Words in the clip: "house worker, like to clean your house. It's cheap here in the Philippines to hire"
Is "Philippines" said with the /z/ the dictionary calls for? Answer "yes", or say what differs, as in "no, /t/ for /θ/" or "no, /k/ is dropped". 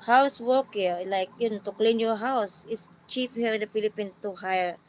no, /s/ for /z/